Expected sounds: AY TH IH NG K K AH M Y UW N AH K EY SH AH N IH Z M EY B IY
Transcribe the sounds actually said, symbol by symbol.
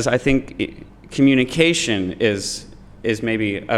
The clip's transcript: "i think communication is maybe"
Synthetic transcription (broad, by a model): AY TH IH NG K K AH M Y UW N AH K EY SH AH N IH Z M EY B IY